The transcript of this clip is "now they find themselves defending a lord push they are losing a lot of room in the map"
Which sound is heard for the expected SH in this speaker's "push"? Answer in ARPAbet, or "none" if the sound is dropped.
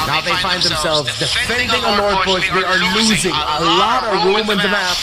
S